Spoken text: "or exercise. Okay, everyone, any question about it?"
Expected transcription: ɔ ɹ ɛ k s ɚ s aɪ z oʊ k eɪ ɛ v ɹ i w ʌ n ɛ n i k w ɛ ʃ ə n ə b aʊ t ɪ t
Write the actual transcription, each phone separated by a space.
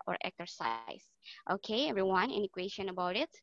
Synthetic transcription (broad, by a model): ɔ ɹ ɛ k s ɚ s aɪ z oʊ k eɪ ɛ v ɹ i w ʌ n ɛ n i k w ɛ ʃ ə n ə b aʊ t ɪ t